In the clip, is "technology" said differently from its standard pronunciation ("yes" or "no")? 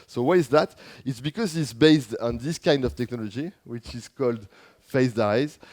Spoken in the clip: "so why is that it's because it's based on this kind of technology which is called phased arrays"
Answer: no